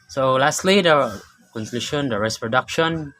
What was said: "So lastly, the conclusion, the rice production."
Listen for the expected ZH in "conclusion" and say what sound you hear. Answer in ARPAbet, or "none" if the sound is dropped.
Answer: SH